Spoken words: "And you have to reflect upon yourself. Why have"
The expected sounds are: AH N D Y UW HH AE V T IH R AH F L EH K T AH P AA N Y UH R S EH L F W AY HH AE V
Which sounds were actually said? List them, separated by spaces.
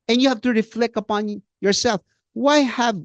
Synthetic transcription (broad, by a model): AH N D Y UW HH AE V T IH R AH F L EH K AH P AA N Y UH R S EH L F W AY HH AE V